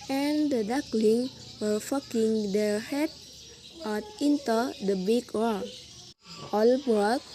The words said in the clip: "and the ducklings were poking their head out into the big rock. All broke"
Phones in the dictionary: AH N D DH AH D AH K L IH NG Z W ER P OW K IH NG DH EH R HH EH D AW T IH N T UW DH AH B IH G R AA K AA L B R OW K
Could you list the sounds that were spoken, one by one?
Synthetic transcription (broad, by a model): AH N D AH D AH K L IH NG W ER F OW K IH NG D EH R HH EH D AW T IH N T UW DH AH B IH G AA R AA L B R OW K